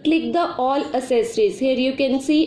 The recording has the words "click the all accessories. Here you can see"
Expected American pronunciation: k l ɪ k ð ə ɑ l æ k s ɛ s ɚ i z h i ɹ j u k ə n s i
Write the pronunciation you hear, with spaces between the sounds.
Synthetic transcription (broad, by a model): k l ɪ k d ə ɑ l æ s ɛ s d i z h i ɹ j u k ə n s i